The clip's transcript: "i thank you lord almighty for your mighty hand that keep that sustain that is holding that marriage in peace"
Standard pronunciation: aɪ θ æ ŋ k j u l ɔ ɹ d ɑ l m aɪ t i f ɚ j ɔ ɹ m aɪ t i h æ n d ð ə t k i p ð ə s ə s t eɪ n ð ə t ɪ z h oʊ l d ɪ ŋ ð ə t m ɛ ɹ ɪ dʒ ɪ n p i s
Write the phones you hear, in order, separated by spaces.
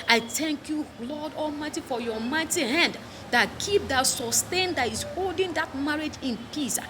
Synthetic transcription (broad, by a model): aɪ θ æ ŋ k j u l ɔ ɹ d ɑ l m aɪ t i f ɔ j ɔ m aɪ t i h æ n d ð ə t k i p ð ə s ə s t eɪ n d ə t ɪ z h oʊ l d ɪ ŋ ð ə t m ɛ ɹ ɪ dʒ ɪ n p i s